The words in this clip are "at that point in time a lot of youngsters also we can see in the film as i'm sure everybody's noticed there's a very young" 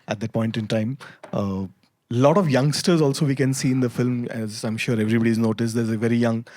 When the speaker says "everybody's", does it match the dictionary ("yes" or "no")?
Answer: yes